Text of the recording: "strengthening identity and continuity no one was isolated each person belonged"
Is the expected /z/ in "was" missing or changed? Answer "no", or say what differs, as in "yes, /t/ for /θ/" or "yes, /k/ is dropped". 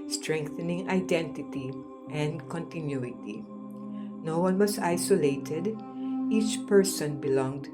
yes, /s/ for /z/